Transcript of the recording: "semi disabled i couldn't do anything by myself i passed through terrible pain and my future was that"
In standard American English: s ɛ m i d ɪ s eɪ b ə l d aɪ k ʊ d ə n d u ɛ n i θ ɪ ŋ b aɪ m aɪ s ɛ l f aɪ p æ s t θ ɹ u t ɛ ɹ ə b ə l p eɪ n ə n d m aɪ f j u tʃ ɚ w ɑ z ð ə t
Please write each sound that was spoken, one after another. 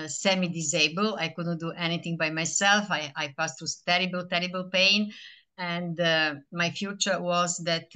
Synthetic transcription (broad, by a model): s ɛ m i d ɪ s eɪ b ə l aɪ k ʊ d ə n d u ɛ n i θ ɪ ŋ b aɪ m aɪ s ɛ l f aɪ p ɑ s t t ɹ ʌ t ɛ ɹ ə b ə l p eɪ n ə n d m aɪ f j u tʃ ɚ w ɑ z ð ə t